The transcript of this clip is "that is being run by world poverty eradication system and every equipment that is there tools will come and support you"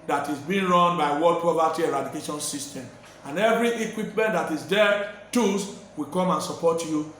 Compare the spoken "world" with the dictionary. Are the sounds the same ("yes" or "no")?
no